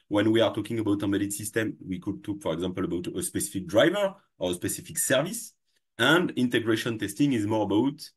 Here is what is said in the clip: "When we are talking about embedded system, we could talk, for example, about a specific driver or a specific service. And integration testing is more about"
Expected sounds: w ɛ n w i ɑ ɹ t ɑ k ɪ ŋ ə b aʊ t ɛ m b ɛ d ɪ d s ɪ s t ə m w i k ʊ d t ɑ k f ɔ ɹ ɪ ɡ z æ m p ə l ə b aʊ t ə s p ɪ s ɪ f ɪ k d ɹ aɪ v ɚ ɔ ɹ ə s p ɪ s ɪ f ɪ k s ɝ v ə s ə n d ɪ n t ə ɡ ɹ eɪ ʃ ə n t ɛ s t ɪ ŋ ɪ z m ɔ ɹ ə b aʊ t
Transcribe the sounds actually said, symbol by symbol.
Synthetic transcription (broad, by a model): w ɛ n w i ɑ ɹ t ɑ k ɪ ŋ ə b aʊ t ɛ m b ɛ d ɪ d s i s t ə m w i k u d t ɑ k f ɔ ɹ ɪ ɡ z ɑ m p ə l ə b aʊ t ə s p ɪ s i f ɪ k d ɹ aɪ v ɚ ɔ ɹ ə s p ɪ s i f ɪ k s ɝ v ə s ə n d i n t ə ɡ ɹ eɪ ʃ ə n t ɛ s t ɪ ŋ ɪ z m ɔ ɹ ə b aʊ t